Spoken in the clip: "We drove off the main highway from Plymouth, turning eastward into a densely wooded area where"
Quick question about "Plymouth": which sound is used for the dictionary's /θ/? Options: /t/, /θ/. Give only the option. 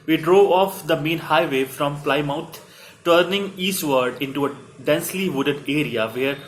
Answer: /t/